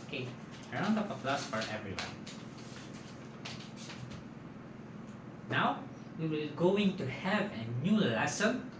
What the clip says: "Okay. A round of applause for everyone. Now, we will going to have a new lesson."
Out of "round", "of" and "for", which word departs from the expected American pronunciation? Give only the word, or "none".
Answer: of